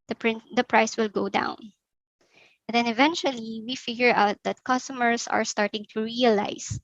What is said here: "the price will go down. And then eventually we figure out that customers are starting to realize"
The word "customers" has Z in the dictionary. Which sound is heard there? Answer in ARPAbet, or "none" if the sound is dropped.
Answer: S